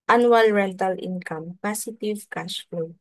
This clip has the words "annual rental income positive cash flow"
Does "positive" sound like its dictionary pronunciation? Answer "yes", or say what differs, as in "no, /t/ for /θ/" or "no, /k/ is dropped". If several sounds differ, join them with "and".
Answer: no, /s/ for /z/